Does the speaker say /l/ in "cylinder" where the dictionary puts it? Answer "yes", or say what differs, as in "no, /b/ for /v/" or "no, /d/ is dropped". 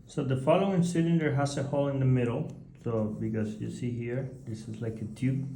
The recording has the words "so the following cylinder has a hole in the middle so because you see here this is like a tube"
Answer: no, /n/ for /l/